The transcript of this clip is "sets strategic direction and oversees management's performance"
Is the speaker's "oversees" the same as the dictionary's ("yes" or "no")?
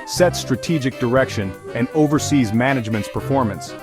yes